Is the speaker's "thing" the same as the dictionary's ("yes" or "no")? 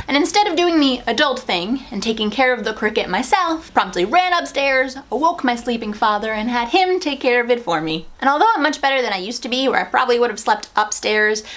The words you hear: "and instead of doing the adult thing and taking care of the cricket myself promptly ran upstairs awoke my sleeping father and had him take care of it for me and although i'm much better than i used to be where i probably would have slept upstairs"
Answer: yes